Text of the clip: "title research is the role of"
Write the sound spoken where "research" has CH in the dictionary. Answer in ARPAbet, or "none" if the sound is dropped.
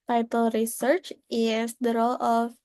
CH